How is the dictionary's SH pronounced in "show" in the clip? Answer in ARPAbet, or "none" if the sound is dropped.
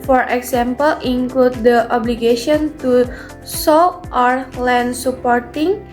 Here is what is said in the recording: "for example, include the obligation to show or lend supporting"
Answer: S